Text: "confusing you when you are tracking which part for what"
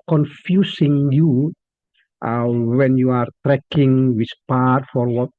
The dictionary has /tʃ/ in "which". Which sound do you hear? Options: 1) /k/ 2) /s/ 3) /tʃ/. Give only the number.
2